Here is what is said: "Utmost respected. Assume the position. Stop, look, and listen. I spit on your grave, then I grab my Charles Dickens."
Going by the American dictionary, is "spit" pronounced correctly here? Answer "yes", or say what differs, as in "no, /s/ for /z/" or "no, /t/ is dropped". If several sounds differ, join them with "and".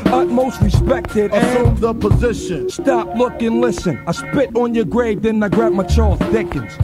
yes